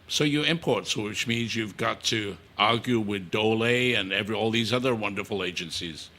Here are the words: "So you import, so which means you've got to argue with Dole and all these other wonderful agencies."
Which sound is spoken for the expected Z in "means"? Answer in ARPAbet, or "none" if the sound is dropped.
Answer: Z